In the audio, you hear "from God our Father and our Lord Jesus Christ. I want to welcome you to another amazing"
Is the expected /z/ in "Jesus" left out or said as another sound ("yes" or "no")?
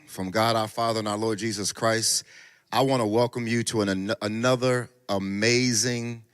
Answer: no